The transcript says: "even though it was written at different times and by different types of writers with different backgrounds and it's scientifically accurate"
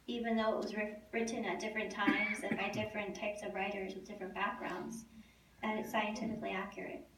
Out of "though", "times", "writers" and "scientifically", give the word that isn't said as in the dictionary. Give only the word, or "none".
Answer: none